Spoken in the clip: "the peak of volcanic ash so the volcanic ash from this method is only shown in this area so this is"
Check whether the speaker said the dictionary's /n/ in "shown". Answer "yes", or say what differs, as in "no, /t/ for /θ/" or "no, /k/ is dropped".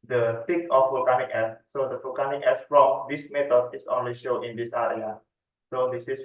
no, /n/ is dropped